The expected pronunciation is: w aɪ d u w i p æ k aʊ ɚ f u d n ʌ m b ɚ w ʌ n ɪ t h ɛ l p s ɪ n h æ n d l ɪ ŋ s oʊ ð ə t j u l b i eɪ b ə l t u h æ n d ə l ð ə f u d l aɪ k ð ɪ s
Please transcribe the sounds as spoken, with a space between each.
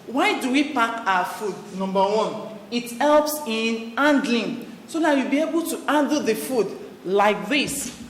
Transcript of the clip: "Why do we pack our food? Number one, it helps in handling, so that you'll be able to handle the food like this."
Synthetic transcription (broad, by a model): w aɪ d u w i p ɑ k aʊ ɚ f u d n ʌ m b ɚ w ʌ n ɪ t h ɛ l p s ɪ n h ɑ n d l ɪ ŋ s oʊ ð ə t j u b i eɪ b ə l t u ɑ n d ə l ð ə f u d l aɪ k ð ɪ s